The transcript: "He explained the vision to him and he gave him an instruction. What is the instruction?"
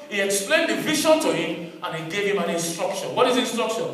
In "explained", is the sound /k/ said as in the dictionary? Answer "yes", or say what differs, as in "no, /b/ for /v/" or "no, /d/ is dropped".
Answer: yes